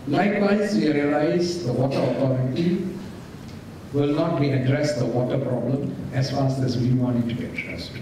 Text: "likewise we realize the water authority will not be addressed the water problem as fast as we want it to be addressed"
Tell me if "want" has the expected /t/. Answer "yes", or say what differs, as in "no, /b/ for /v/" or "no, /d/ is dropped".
no, /t/ is dropped